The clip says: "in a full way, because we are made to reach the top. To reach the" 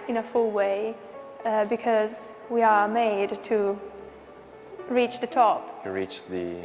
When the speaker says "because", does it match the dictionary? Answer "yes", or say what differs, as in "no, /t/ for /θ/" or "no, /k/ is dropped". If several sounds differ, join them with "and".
yes